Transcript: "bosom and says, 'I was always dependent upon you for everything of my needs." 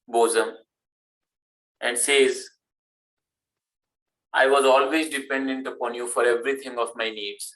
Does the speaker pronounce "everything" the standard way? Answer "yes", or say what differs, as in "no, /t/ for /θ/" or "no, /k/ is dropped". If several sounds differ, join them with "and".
no, /t/ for /θ/